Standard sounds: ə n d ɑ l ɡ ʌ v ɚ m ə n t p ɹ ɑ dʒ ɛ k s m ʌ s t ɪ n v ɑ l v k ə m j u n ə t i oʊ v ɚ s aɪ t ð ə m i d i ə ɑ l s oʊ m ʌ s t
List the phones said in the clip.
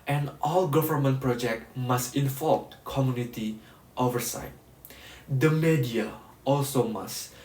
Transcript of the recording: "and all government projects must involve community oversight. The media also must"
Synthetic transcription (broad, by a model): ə n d ɑ l ɡ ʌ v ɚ m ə n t p ɹ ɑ dʒ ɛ k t m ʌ s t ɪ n f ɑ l p k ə m j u n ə t i oʊ v ɚ s aɪ t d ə m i d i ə ɑ l s oʊ m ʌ s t